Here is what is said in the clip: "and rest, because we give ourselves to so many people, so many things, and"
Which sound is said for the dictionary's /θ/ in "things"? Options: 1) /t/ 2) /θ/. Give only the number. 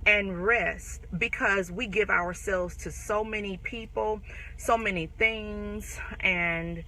2